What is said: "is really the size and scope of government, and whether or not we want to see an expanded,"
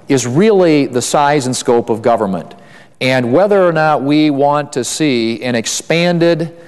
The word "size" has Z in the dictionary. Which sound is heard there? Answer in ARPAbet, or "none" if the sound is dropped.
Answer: Z